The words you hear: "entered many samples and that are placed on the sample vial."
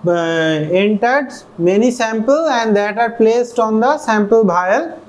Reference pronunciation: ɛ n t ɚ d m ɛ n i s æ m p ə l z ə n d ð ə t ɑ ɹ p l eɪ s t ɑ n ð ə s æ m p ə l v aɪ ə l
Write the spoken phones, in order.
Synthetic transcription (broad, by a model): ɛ n t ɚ d m ɛ n i s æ m p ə l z ə n d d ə t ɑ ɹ p l eɪ s t ɑ n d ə s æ m p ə l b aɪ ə l